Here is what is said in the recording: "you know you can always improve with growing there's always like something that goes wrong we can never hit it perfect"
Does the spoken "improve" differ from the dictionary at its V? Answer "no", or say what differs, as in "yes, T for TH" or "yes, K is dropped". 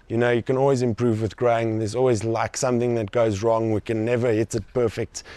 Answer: no